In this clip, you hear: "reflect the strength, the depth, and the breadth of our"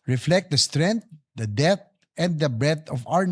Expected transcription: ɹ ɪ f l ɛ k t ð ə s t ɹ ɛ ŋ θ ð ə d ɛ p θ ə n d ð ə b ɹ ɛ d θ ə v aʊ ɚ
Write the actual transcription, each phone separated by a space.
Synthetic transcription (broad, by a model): ɹ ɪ f l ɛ k t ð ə s t ɹ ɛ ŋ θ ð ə d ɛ θ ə n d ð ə b ɹ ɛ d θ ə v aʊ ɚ